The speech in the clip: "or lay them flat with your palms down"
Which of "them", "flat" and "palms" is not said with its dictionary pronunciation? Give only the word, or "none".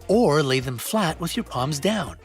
none